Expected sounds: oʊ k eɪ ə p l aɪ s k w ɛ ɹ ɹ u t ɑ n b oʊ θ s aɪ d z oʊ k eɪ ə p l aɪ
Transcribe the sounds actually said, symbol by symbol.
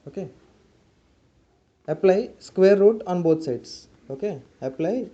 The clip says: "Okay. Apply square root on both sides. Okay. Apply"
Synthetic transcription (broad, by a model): oʊ k eɪ ə p l aɪ s k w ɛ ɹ ɹ u t ɑ n b oʊ t s aɪ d s oʊ k eɪ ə p l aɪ